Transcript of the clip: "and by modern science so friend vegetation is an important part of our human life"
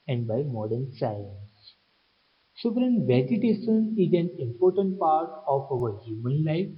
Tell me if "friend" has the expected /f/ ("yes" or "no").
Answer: no